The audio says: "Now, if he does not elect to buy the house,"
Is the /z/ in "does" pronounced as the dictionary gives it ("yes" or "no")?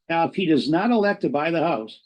yes